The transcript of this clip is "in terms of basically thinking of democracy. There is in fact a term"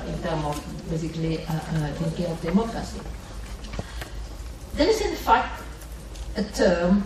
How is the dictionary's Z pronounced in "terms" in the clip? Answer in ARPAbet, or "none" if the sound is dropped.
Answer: none